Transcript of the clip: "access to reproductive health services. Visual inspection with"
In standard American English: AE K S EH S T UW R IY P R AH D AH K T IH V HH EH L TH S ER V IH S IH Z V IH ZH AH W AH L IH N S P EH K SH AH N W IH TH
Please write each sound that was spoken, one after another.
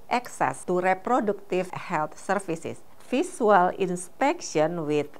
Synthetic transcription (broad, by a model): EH K S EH S T UW R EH P R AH D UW K T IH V HH EH L T S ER F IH S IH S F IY S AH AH L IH N S P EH K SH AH N W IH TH